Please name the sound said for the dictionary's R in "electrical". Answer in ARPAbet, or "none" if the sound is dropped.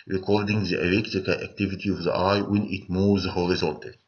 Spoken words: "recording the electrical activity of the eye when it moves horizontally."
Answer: none